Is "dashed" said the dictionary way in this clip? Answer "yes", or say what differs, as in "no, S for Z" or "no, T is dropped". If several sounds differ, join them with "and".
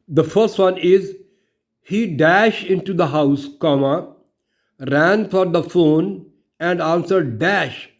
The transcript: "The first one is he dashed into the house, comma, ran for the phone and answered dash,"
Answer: yes